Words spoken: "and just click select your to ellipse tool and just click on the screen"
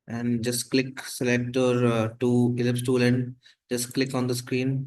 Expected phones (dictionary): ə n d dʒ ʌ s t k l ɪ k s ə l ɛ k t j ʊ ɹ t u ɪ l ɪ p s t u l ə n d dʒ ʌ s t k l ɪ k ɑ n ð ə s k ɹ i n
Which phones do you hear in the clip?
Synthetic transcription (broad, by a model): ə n d dʒ ʌ s t k l ɪ k s ə l ɛ k t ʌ ɹ t u ɪ l ɪ p s t u l ə n d dʒ ʌ s t k l ɪ k ɑ n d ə s k ɹ i n